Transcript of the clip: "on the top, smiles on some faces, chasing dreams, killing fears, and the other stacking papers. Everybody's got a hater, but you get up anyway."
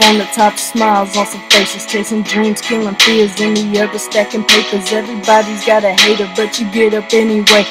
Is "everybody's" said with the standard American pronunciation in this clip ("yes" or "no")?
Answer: yes